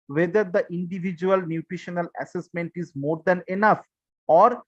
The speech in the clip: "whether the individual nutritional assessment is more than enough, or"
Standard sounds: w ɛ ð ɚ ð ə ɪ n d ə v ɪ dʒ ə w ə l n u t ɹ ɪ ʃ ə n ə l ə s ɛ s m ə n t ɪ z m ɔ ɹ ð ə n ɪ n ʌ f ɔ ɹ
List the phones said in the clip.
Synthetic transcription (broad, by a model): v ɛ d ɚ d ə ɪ n d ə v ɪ dʒ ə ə l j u t ɹ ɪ ʃ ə n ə l ə s ɛ s m ə n t ɪ z m ɔ ɹ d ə n ɪ n ʌ f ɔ ɹ